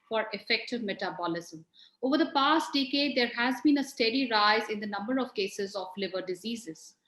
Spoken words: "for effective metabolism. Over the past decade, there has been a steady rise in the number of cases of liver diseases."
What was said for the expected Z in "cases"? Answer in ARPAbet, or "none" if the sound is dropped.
Z